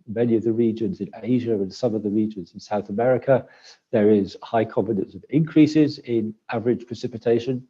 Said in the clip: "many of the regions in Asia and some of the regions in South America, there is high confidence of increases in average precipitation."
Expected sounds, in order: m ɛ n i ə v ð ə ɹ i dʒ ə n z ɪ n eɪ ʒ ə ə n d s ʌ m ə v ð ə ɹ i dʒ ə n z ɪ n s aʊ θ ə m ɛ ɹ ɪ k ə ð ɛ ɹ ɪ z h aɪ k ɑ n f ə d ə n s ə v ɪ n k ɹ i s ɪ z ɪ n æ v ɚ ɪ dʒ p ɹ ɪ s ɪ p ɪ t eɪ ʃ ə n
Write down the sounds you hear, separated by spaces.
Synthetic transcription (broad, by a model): m ɛ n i ə v ð ə ɹ i dʒ ə n z ɪ n eɪ ʒ ə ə n s ʌ m ə v ð ə ɹ i dʒ ə n z ɪ n s aʊ θ ə m ɛ ɹ ɪ k ə ð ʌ ɹ ɪ z h aɪ k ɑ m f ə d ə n s ə v ɪ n k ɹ i s ɪ z ɪ n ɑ v ɚ ɪ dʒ p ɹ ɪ s ɪ p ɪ t eɪ ʃ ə n